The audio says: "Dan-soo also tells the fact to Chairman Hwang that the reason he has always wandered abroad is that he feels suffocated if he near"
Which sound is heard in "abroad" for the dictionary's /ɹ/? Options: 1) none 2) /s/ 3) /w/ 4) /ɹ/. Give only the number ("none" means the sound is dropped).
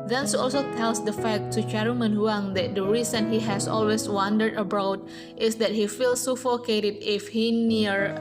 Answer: 1